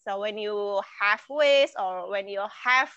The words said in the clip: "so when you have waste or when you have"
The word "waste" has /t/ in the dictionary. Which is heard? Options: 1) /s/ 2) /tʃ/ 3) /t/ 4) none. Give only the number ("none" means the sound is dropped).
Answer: 4